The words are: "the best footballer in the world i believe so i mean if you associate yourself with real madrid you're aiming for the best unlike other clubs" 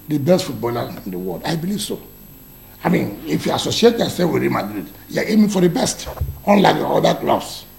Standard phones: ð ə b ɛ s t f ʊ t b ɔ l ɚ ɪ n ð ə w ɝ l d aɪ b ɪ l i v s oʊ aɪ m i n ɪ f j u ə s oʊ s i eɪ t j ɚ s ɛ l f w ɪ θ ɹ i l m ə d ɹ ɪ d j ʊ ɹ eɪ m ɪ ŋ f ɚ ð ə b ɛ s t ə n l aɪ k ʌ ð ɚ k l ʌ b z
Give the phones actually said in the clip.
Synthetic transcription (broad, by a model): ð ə b ɛ s t f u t b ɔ l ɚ ɪ n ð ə w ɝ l d aɪ b ɪ l i v s oʊ aɪ m i n ɪ f j u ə s oʊ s i eɪ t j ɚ s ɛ f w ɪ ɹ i m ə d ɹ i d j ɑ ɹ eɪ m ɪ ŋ f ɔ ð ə b ɛ s t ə n l aɪ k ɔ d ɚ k l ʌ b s